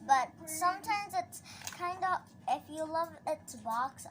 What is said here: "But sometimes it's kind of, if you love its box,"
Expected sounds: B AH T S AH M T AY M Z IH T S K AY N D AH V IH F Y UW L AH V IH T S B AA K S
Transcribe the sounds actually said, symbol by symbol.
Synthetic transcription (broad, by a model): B AH T S AH M T AY M Z IH T S K AY N D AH IH F Y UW L AH V IH T S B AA K S